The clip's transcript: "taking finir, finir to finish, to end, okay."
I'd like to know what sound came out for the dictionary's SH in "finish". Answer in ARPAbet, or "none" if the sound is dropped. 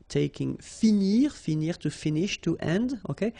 SH